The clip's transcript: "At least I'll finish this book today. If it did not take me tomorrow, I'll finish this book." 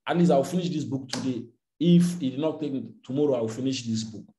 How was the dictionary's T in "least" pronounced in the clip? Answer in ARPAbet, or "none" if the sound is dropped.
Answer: none